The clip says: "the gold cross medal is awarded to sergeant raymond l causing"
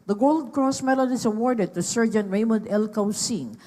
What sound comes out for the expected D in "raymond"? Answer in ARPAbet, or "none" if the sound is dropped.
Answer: D